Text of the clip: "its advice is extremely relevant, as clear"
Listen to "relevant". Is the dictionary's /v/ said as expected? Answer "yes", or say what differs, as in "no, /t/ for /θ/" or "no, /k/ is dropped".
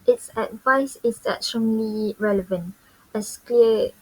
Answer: yes